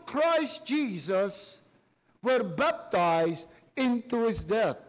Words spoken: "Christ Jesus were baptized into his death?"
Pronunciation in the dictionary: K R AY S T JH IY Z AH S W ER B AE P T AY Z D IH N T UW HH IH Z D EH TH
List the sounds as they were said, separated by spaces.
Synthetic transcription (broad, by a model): K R AY S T JH IY Z AH S W ER B AE P T AY Z D IH N T UW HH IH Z D EH TH